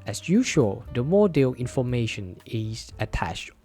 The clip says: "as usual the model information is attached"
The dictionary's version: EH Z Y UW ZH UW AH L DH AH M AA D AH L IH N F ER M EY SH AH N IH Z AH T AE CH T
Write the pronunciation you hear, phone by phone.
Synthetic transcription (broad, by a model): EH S Y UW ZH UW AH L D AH M AA D AH L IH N F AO M EY SH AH N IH S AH T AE CH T